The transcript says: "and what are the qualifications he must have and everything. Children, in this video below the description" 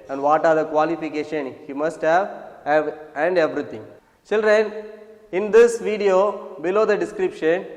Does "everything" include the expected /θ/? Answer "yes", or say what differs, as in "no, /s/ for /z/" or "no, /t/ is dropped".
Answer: no, /t/ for /θ/